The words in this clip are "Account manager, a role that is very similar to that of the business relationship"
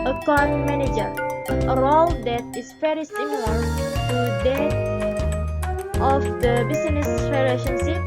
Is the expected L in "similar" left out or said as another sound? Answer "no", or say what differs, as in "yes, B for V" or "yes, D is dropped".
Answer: yes, N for L